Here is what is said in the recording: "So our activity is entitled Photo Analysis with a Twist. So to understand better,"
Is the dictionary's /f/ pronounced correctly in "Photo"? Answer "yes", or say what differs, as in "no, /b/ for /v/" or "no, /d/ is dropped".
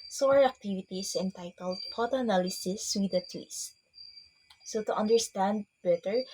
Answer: no, /p/ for /f/